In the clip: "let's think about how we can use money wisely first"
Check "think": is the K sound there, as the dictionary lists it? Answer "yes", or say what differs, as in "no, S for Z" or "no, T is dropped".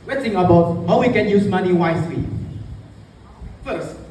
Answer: no, K is dropped